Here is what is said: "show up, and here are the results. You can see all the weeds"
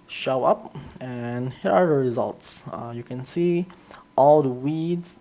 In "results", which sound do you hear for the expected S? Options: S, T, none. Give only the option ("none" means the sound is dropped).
S